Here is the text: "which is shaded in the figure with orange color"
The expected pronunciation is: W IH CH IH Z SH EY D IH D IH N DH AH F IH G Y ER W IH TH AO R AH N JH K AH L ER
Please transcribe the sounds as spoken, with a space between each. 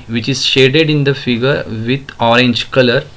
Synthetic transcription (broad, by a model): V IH CH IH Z SH EY D IH D IH N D AH F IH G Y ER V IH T AO R AH N JH K AH L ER